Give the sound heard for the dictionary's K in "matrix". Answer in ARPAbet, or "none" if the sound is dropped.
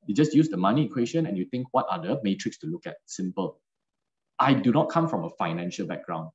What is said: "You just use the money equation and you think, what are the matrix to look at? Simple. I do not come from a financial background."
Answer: K